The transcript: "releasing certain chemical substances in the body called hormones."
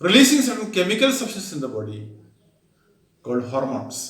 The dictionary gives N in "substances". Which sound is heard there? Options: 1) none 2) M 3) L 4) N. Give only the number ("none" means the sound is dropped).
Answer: 1